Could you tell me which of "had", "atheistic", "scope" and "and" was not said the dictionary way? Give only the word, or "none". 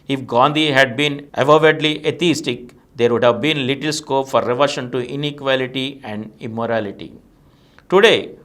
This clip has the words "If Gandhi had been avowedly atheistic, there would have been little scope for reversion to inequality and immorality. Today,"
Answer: atheistic